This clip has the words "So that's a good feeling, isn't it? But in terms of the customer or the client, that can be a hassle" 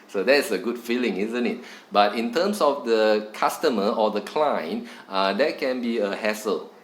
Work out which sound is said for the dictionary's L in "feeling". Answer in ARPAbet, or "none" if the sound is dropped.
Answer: L